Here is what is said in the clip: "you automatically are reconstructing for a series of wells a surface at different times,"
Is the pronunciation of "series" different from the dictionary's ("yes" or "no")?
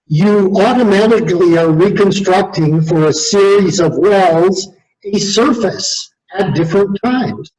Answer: no